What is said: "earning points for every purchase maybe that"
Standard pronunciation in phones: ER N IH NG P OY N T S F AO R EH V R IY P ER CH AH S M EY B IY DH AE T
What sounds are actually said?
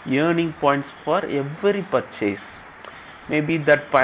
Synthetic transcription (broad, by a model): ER N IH NG P OY N T S F AO R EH V R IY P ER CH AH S M EY B IY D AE T